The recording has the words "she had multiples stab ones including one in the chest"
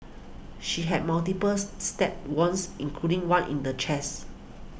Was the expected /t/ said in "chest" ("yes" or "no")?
no